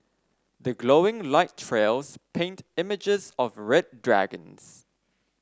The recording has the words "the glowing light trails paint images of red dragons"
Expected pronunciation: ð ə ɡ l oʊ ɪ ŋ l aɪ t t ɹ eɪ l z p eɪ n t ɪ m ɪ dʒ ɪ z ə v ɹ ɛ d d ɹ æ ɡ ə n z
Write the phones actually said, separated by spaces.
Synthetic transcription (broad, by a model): ð ə ɡ l oʊ ɪ ŋ l aɪ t t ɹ eɪ l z p eɪ n t ɪ m ɪ dʒ ɪ z ə v ɹ ɛ d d ɹ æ ɡ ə n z